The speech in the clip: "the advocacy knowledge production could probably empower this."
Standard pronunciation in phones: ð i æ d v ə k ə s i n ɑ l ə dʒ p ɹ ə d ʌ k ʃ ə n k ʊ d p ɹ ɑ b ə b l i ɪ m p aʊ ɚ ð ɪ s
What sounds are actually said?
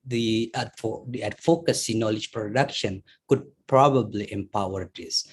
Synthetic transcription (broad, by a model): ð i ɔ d f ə k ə s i n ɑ l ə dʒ p ɹ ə d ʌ k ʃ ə n k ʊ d p ɹ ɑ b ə b l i ɪ m p aʊ ɚ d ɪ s